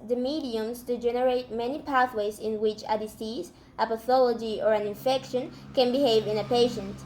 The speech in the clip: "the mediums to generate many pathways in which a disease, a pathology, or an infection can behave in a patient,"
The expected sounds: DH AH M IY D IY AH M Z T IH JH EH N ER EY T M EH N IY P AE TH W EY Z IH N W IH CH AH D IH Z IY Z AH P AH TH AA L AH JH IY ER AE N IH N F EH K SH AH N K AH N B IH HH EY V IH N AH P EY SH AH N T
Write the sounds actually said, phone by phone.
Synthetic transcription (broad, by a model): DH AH M IY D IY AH M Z T IH JH EH N ER EY T M EH N IY P AE TH W EY Z IH N W IH CH AH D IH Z IY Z AH P AH TH AA L AH JH IY ER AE N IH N F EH K SH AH N K AH N B IH HH EY V IH N AH P EY SH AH N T